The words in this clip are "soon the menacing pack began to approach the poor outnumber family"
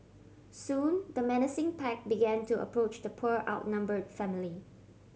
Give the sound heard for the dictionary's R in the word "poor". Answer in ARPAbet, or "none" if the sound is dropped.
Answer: R